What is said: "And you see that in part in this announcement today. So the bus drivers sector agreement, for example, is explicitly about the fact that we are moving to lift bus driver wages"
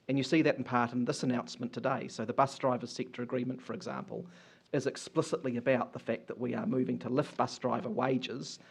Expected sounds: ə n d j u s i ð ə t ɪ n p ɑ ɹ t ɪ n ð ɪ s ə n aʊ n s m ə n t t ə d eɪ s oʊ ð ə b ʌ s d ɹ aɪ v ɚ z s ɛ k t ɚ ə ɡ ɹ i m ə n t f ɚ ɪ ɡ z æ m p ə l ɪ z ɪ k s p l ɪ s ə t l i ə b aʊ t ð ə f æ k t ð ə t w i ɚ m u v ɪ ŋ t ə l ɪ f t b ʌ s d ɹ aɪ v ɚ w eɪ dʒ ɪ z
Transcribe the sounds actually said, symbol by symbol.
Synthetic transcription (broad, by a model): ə n j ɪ s i ð ə t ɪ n p ɑ ɹ t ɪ n ð ɪ s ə n aʊ n s m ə n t t ə d eɪ s oʊ ð ə b ʌ s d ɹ aɪ v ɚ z s ɛ k t ɚ ə ɡ ɹ i m ə n t f ɚ ɪ ɡ z æ m p ə l ɪ z ɪ k s p l ɪ s ə t l i ə b aʊ t ð ə f æ k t ð ə t w i ɚ m u v ɪ ŋ t ə l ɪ f b ʌ s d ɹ aɪ v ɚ w eɪ dʒ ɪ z